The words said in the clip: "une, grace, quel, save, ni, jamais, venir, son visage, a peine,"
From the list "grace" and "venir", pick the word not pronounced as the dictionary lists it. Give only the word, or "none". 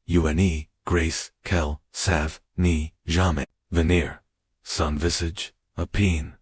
none